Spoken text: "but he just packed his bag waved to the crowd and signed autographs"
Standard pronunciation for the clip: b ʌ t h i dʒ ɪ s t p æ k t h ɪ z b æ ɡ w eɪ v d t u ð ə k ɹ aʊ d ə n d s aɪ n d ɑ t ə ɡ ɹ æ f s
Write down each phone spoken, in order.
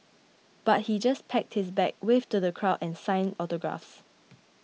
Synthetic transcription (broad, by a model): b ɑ t h i dʒ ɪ s p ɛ k t h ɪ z b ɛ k w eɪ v t u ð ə k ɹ aʊ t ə n s aɪ n ɑ t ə ɡ ɹ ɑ f s